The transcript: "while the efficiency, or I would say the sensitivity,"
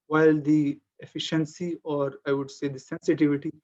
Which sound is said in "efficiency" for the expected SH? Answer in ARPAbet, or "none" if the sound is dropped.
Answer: SH